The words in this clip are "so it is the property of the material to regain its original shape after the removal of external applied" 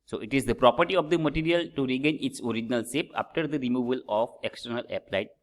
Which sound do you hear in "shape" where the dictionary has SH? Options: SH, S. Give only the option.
S